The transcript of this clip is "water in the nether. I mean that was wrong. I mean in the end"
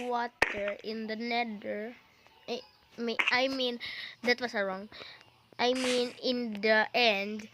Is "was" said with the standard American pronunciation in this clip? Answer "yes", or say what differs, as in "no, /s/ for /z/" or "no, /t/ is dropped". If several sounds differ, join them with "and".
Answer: no, /s/ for /z/